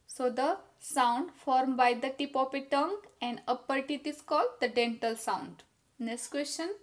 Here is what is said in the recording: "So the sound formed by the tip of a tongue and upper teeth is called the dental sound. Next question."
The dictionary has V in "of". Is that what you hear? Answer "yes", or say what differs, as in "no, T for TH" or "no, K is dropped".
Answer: no, P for V